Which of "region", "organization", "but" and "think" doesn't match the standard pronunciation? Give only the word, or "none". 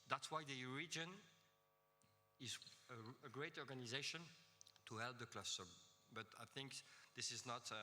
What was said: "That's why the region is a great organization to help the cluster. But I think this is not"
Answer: none